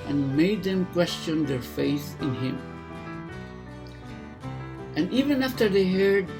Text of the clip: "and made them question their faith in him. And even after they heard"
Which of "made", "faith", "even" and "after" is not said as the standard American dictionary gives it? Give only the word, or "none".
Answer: none